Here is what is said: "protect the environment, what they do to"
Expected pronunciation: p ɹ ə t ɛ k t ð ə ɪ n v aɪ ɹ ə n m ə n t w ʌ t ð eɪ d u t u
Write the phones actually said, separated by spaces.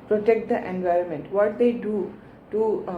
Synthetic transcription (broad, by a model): p ɹ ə t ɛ k t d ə ɪ n v aɪ ɹ ə n m ə n t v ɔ t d eɪ d u t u